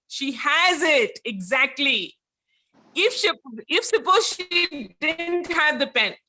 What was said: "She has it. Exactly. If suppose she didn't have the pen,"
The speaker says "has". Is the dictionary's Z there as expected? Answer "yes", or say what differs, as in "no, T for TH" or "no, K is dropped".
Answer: yes